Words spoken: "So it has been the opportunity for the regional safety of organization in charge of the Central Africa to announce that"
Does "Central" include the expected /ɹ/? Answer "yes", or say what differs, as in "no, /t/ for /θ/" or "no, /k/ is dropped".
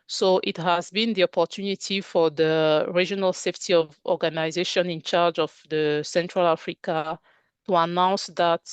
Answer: yes